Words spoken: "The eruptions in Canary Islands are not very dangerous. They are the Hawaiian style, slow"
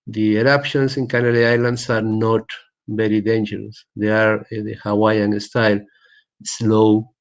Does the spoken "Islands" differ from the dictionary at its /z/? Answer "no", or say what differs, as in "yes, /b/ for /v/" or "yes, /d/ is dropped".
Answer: yes, /s/ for /z/